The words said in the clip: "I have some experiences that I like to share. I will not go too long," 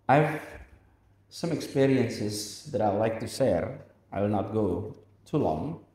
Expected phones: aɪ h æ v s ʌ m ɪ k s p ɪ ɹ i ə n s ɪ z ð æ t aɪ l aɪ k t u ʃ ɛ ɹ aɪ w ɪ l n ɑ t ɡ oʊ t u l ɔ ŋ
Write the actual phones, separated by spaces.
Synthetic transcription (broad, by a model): aɪ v s ʌ m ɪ k s p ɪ ɹ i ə n s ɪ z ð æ t aɪ l aɪ k t u s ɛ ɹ aɪ w ɪ l n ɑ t ɡ oʊ t u l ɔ ŋ